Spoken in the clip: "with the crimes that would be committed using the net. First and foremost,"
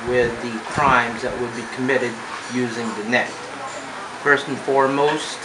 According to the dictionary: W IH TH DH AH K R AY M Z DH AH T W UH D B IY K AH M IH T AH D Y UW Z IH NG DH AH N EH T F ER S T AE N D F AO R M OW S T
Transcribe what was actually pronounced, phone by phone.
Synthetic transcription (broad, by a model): W IH DH AH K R AY M Z DH AH T W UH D B IY K AH M IH T AH D Y UW Z IH NG DH AH N EH T F ER S T N F AO R M OW S T